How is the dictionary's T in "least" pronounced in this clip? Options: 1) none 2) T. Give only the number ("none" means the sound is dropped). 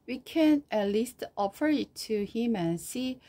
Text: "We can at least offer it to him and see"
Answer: 2